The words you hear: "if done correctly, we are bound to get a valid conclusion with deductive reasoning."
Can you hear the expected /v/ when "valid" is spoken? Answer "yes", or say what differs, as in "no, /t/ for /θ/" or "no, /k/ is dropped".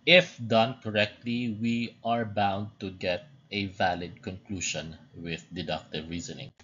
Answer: yes